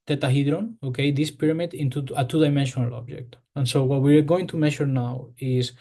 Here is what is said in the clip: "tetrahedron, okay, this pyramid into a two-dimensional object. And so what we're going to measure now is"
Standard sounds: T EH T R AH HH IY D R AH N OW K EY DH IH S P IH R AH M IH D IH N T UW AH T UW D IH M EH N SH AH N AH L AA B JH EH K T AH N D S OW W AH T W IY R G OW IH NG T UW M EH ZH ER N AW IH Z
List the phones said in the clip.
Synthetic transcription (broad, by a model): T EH T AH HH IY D R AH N OW K EY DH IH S P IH R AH M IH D IH N T UW AH T UW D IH M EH N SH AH N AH L AA B JH EH K T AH N S OW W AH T W IY R G OW IH NG T UW M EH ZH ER N AW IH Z